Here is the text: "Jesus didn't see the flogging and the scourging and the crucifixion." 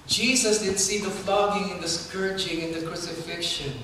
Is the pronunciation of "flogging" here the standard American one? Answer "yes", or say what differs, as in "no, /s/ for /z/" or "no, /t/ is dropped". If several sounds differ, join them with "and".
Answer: no, /l/ is dropped